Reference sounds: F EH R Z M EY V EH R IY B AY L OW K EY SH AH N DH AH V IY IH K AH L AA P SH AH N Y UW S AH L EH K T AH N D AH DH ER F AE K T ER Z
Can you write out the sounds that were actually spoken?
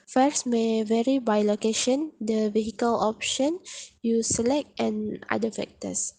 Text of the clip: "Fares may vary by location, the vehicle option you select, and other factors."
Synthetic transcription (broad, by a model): F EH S M EY V EH R IY B AY L OW K EY SH AH N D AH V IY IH K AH L AA P SH AH N Y UW S AH L EH K T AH N D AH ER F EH K T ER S